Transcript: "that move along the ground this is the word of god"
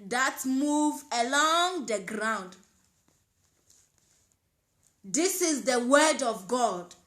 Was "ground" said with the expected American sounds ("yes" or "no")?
yes